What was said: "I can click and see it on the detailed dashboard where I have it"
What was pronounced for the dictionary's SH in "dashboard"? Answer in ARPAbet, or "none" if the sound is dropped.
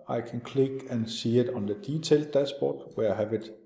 S